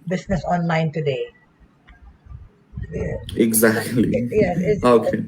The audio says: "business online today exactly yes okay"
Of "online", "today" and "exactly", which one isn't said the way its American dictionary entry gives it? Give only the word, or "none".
none